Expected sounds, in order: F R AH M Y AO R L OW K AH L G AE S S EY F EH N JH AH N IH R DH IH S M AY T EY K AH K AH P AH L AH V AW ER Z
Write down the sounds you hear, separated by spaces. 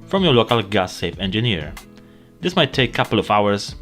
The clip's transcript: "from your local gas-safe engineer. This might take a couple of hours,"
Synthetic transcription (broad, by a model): F R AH M Y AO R L OW K AH L G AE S S EY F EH N JH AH N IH R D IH S M AY T EY AH K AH P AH L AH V AW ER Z